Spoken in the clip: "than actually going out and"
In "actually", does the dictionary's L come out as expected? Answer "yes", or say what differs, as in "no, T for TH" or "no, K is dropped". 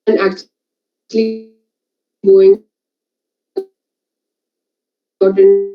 yes